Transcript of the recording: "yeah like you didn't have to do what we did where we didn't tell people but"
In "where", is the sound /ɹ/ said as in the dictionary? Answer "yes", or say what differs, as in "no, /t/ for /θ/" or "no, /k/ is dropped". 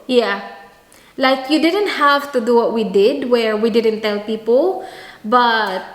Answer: yes